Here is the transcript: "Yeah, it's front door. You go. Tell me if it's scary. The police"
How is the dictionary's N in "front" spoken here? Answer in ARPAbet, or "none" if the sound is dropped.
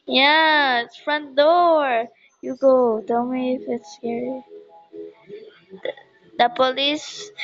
N